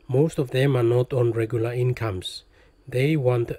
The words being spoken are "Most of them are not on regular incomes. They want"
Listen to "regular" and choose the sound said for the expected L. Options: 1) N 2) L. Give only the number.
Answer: 2